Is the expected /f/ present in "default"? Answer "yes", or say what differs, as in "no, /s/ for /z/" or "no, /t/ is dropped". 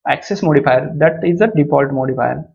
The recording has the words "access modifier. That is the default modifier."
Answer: no, /p/ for /f/